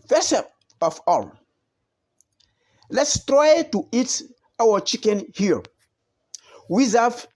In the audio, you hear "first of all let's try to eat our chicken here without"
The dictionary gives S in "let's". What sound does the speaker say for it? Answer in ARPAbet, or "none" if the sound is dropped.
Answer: S